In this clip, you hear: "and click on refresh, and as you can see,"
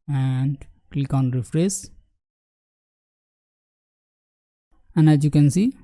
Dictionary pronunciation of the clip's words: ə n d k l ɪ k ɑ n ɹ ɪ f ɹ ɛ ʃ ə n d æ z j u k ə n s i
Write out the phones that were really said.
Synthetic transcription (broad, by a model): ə n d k l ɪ k ɑ n ɹ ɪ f ɹ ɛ s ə n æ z j u k ə n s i